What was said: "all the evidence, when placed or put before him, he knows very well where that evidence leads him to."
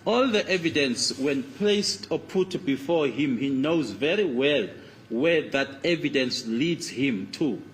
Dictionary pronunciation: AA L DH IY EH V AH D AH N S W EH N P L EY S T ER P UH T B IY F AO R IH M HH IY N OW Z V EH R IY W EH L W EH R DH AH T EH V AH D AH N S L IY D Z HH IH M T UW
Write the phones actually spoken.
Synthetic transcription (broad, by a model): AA L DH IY EH V AH D AH N S W EH N P L EY S T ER P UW T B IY F AO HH IH M HH IY N OW Z V EH R IY W EH L W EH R DH AH T EH V AH D AH N S L IY D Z HH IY M T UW